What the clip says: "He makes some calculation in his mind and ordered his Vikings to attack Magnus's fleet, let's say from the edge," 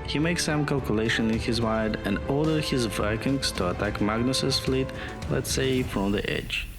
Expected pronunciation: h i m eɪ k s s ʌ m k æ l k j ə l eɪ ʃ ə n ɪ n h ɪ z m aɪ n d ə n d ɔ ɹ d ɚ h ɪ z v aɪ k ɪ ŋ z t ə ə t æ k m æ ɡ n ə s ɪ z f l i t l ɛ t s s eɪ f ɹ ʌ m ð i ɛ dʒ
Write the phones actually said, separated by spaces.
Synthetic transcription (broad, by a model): h i m eɪ k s s ʌ m k æ l k j ə l eɪ ʃ ə n ɪ n h ɪ z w aɪ d ə n d ɔ ɹ d ɚ h ɪ z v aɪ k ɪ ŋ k t ə ə t æ k m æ ɡ n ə s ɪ s f l i t l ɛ t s s eɪ f ɹ ʌ m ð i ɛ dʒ